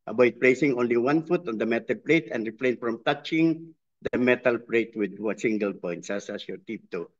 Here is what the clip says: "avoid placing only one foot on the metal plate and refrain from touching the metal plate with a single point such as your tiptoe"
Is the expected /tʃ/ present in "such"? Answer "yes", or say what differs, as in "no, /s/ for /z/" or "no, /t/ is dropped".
no, /s/ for /tʃ/